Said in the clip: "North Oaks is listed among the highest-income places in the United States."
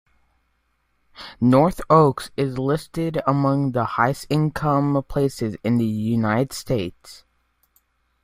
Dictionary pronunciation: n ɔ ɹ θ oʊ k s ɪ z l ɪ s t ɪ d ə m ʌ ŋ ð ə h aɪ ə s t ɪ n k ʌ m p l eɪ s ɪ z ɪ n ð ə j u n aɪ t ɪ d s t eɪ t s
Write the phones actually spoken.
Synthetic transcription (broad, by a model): n ɔ ɹ θ oʊ k s ɪ z l ɪ s t ɪ d ə m ʌ ŋ ð ə h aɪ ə s ɪ n k ʌ m p l eɪ s ɪ z ɪ n ð ə j u n aɪ t ɪ d s t eɪ t s